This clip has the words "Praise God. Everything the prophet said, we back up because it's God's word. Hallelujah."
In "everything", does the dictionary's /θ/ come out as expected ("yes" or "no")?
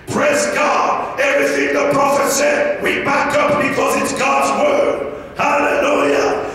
yes